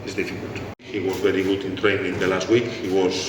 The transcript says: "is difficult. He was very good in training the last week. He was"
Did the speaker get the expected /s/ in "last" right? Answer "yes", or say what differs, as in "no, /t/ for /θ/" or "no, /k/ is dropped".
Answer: yes